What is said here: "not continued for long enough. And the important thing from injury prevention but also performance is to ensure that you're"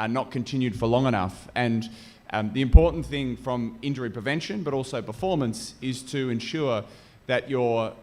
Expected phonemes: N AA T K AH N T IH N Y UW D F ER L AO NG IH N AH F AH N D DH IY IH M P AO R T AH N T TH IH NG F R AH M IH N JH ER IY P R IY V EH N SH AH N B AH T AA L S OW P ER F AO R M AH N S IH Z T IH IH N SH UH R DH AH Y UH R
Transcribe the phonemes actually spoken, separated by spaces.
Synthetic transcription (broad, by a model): N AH T K AH N T IH N Y UW D F ER L AO NG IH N AH F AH N DH IY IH M P AO R T N TH IH NG F R AH M IH N JH ER IY P R IY V EH N SH AH N B AH T AA L S OW P ER F AO R M AH N S IH Z T IH IH N SH UH R DH AH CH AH R